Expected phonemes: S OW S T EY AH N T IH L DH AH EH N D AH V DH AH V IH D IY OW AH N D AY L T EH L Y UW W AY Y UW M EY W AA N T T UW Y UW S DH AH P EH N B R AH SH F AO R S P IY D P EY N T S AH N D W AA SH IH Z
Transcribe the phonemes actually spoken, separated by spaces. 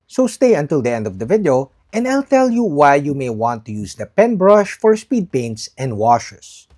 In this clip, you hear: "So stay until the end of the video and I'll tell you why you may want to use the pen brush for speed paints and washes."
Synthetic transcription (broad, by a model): S OW S T EY AH N T IH L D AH EH N D AH V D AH V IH D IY OW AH N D AY L T EH L Y UW W AY Y UW M EY W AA N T T UW Y UW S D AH P EH N B R AH SH F AO R S P IY D P EY N T S AH N D W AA SH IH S